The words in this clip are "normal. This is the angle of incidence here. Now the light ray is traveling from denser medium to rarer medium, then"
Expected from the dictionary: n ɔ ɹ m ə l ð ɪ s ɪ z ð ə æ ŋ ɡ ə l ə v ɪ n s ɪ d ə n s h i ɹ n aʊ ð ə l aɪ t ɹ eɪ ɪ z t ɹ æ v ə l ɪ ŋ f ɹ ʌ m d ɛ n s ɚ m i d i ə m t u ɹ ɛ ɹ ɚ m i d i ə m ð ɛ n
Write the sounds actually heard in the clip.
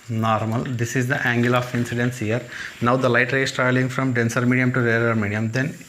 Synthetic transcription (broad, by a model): n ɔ ɹ m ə l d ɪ s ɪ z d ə æ ŋ ɡ ə l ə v ɪ n s ɪ d ə n s h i ɹ n aʊ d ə l aɪ t ɹ eɪ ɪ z t ɹ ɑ ə l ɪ ŋ f ɹ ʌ m d ɛ n s ɚ m i d i ə m t u ɹ ɛ ɹ ɚ m i d i ə m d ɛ n